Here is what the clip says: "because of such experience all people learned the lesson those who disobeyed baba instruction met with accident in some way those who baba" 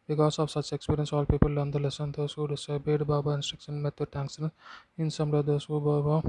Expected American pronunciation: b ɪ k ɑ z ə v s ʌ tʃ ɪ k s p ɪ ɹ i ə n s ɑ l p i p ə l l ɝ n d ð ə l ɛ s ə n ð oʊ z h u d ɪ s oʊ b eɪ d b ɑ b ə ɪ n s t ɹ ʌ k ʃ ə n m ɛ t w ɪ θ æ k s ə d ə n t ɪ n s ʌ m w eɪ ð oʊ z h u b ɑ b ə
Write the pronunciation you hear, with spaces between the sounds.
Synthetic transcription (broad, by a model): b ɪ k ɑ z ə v s ʌ tʃ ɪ k s p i ɹ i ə n s ɑ l p i p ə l l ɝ n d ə l ɛ s ə n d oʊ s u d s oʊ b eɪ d b ɑ b ə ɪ n s t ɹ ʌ k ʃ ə n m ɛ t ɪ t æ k s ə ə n ɪ n s ʌ m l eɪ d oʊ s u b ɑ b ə